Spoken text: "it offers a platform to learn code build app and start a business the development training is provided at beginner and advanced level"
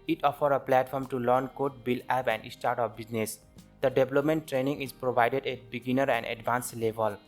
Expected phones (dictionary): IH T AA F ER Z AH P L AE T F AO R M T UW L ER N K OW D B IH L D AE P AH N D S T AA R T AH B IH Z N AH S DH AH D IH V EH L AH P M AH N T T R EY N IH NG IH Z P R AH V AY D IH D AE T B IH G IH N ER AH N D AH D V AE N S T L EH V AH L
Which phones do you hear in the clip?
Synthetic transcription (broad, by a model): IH T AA F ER AH P L AE T F AO R M T UW L ER N K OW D B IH L AE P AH N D S T AA R T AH B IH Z N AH S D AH D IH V L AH P M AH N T T R EY N IH NG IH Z P R AH V AY D IH D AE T B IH G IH N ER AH N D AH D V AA N S L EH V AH L